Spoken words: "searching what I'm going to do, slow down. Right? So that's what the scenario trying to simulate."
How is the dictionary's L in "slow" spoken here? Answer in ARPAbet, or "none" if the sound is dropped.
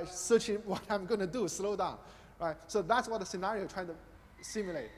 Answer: L